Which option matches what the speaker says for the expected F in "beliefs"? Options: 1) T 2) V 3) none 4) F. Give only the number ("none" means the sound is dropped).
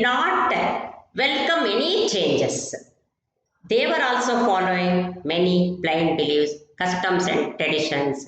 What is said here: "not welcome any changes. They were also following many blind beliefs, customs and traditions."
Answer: 3